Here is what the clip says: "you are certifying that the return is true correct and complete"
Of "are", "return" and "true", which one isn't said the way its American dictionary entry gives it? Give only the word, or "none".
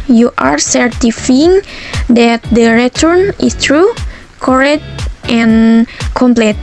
none